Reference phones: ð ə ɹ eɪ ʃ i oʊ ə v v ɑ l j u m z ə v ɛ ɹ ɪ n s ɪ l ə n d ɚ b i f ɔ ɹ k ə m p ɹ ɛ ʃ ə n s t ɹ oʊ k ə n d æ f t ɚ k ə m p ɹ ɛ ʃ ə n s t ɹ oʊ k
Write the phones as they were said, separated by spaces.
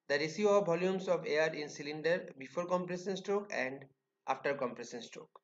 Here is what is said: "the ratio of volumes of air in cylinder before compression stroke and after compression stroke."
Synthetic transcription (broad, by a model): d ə ɹ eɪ s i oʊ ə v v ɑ l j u m s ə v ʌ ɹ ɪ n s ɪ l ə n d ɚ b i f ɔ ɹ k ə m p ɹ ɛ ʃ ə n s t ɹ oʊ k ə n d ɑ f t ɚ k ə m p ɹ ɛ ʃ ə n s t ɹ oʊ k